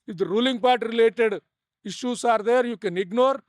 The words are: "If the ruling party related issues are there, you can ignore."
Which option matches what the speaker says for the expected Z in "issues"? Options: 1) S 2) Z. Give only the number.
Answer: 1